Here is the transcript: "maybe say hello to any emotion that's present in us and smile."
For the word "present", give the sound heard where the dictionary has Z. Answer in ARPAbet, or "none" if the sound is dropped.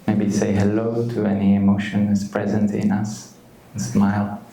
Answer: Z